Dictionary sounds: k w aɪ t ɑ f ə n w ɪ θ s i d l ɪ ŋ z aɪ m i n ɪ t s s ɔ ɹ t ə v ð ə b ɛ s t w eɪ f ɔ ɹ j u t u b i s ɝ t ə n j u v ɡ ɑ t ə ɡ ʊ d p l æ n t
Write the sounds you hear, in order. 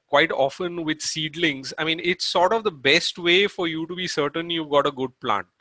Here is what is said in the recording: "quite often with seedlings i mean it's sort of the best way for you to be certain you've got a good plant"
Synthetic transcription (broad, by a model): k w aɪ t ɑ f ə n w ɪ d s i d l ɪ ŋ z aɪ m i n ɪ t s s ɔ ɹ t ə v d ə b ɛ s t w eɪ f ɔ ɹ j u t u b i s ɝ t ə n j u v ɡ ɑ t ə ɡ ʊ d p l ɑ n t